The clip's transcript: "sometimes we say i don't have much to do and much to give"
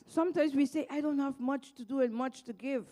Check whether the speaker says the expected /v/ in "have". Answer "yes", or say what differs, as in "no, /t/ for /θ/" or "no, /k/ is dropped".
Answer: yes